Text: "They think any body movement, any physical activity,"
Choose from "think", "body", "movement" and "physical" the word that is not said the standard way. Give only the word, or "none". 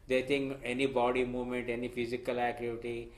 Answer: think